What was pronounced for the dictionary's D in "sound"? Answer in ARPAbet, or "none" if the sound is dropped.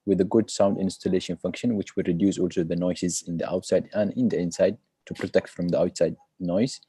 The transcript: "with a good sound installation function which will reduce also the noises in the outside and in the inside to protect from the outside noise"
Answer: D